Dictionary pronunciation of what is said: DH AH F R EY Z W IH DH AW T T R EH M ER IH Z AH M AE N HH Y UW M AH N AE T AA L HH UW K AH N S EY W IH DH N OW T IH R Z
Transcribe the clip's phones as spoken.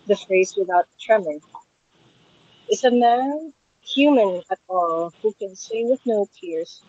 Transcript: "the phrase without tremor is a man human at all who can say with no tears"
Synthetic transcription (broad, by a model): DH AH F R EY Z W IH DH AW T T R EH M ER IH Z AH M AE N HH Y UW M AH N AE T AA L HH UW K AH N S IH W IH DH N OW T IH R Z